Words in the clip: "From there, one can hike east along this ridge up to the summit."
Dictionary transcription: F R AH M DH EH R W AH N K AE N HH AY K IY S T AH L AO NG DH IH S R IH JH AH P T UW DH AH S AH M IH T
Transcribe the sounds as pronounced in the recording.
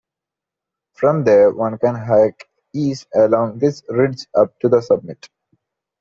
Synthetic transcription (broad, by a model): F R AH M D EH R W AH N K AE N HH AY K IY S AH L AO NG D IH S R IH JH AH P T UW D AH S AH M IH T